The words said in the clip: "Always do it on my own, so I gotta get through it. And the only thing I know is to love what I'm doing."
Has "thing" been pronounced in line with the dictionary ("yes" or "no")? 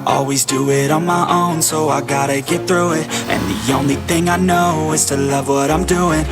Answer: yes